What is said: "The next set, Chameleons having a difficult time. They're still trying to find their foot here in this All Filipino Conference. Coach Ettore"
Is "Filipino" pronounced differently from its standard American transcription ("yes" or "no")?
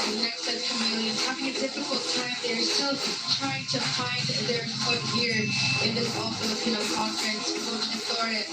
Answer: yes